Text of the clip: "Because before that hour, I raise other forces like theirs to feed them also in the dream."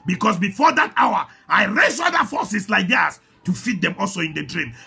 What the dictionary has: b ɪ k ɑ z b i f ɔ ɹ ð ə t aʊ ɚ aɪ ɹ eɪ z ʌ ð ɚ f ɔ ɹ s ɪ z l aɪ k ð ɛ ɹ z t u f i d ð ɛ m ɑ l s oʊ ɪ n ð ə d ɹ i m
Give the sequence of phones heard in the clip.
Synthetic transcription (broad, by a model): b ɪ k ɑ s b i f ɔ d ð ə t aʊ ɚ aɪ ɹ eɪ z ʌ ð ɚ f ɔ s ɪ s l aɪ k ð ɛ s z t u f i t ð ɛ m ɑ l s oʊ ɪ n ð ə d ɹ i m